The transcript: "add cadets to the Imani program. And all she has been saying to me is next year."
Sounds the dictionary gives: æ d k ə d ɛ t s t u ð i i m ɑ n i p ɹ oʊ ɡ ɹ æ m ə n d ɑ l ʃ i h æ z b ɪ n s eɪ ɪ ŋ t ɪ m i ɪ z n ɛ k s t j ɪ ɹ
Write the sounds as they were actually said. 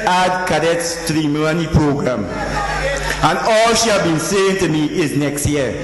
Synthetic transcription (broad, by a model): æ d k ə d ɛ t s t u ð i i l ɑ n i p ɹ oʊ ɡ ɹ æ m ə n ɑ l ʃ i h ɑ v b ɪ n s eɪ ɪ ŋ t ɪ m i ɪ z n ɛ k s t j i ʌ